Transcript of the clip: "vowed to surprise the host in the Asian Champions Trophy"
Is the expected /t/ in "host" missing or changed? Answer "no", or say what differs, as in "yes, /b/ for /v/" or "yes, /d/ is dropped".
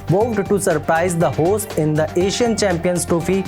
no